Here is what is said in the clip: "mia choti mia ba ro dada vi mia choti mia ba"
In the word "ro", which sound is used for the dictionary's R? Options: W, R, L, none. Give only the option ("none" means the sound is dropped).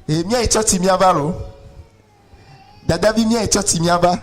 L